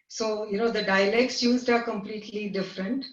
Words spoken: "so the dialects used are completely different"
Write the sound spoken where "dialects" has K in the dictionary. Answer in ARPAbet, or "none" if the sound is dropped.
K